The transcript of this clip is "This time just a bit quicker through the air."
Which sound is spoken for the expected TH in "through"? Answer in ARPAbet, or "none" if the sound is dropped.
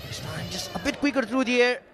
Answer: T